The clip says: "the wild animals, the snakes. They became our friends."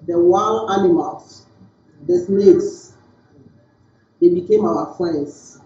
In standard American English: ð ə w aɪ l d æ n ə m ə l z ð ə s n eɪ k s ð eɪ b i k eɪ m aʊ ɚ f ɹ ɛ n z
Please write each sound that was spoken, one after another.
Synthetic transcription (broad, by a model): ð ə w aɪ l ɑ n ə m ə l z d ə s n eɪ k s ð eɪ b i k eɪ m aʊ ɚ f ɹ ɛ n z